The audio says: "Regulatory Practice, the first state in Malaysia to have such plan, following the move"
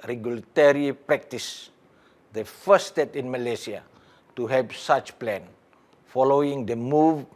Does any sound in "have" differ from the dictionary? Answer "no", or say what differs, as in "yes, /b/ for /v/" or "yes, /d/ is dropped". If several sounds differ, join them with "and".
yes, /p/ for /v/